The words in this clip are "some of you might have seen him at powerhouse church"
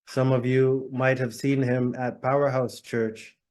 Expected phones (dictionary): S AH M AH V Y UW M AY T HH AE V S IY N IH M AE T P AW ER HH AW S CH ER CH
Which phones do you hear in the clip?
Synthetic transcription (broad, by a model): S AH M AH V Y UW M AY T HH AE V S IY N IH M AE T P AW ER HH AW S CH ER CH